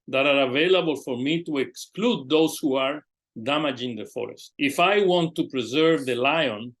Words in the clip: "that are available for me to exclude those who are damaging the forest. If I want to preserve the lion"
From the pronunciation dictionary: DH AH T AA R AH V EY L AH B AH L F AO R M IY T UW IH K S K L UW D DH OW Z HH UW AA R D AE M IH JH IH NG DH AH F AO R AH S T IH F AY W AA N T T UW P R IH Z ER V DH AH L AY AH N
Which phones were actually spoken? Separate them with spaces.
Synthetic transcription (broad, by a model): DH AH T AA R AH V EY L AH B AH L F AO R M IY T UW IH K S K L UW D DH OW S HH UW AA R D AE M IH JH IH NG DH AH F AO R AH S T IH F AY W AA N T T UW P R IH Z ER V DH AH L AY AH N